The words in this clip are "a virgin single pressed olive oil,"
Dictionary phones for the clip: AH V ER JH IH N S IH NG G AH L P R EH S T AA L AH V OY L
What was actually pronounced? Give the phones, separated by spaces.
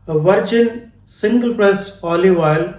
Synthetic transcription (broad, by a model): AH V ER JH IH N S IH NG G AH L P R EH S AA L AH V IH L